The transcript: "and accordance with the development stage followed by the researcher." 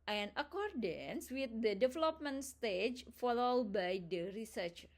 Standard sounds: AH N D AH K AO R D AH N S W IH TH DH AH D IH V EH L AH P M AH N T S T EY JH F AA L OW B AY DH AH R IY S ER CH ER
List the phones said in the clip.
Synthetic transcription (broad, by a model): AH N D AH K AO R D AH N S W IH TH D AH D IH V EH L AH P M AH N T S T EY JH F AA L OW B AY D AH R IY S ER CH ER